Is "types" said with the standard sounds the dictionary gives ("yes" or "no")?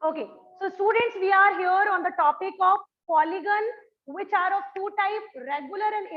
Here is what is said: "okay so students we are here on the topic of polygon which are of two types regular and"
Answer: no